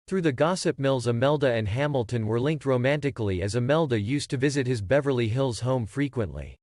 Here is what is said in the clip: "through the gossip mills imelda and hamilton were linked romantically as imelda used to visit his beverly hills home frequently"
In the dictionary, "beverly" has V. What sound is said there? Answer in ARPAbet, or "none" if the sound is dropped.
V